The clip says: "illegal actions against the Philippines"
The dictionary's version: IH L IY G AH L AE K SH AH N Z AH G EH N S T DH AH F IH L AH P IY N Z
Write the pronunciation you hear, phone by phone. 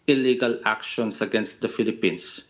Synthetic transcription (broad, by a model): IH L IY G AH L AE K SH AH N S AH G EH N S T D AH F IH L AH P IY N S